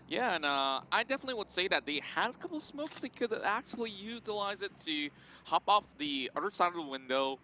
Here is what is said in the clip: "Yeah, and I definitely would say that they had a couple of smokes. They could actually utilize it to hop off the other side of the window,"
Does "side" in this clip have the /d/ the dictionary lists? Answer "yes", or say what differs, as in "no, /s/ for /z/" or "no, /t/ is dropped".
yes